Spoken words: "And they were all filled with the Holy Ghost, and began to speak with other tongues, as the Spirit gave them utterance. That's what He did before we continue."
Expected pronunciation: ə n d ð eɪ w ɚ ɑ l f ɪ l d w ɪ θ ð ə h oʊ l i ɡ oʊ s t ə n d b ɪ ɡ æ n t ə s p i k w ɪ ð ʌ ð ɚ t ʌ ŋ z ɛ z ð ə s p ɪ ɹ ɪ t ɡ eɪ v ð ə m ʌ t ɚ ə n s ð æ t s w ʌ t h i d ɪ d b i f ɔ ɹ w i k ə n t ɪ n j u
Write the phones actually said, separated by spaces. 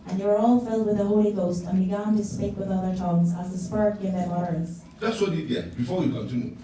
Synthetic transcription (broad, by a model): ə n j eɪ w ɚ ɑ l f ɪ l d w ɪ ð ə h oʊ l i ɡ oʊ s t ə n b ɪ ɡ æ n t ə s p i k w ɪ ð ʌ ð ɚ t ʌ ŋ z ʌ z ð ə s p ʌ ɹ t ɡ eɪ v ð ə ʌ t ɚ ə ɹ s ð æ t s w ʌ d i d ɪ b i f ɔ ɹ w i k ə n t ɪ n j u